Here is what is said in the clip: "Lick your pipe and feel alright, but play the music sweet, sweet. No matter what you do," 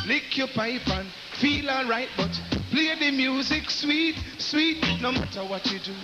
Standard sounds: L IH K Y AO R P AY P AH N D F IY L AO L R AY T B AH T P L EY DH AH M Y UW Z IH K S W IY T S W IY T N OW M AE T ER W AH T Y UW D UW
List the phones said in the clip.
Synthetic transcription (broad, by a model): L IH K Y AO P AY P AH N F IY L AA R AY T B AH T P L EY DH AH M Y UW Z IH K S W IY T S W IY T N OW M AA T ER W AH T Y UW D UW